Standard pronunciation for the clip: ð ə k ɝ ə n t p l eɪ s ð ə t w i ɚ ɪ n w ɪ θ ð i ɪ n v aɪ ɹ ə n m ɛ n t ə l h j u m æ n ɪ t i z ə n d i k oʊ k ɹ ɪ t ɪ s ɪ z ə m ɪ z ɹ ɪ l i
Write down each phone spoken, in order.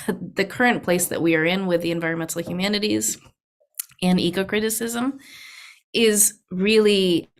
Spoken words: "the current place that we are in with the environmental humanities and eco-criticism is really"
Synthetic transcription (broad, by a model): ð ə k ɝ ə n p l eɪ s ð ə t w i ɚ ɪ n w ɪ ð i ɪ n v aɪ ɹ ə n m ɛ n t l h j u m æ n ɪ t i z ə n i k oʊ k ɹ ɪ t ɪ s ɪ z ə m ɪ z ɹ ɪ l i